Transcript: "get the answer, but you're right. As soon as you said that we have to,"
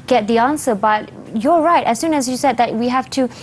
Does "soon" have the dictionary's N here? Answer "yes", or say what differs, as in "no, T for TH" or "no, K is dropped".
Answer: yes